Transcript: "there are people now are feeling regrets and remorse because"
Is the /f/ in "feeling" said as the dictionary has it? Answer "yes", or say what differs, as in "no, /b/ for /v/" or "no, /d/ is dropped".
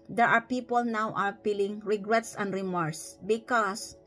no, /p/ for /f/